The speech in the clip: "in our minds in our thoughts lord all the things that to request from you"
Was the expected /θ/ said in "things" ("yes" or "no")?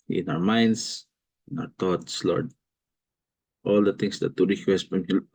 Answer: no